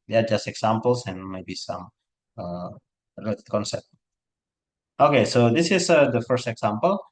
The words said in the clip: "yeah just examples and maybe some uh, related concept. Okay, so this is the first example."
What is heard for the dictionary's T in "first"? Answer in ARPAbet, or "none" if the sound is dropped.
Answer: T